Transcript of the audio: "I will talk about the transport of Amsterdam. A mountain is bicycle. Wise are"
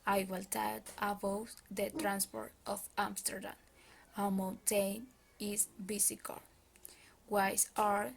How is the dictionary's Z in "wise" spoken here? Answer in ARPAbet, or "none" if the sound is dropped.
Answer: S